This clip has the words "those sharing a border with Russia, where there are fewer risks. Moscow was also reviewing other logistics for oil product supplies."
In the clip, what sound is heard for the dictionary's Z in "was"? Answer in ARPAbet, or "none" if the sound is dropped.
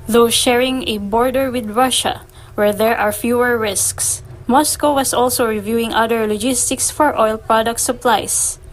S